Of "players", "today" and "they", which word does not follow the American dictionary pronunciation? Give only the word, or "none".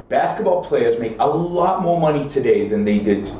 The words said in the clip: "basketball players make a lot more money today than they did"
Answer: none